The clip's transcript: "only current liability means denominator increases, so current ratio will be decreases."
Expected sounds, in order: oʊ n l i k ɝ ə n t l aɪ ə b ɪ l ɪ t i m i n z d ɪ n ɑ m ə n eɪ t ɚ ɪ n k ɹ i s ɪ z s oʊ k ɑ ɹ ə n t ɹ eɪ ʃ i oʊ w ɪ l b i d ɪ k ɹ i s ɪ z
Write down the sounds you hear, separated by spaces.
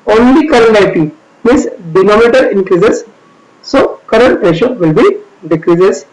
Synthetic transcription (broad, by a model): oʊ n l i k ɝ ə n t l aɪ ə ɪ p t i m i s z d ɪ n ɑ m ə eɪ t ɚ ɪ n k ɹ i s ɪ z s oʊ k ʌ ɹ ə n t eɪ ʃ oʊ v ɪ l b i d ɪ k ɹ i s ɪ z